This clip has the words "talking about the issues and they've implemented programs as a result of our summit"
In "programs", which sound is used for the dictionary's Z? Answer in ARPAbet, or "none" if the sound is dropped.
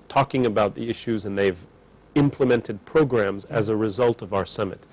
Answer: Z